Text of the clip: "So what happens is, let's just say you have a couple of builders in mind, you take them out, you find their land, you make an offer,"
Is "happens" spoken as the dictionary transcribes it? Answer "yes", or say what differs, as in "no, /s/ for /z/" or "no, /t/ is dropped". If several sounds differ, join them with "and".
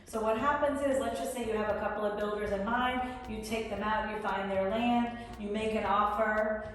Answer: yes